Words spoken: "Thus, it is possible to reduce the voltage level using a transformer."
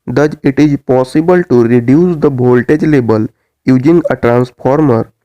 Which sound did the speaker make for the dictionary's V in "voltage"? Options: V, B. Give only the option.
B